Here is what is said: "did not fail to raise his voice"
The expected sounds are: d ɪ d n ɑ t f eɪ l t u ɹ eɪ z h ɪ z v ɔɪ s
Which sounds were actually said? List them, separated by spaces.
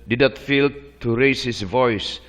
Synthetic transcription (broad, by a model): d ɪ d n ɑ t f eɪ l t u ɹ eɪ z h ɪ s v ɔɪ s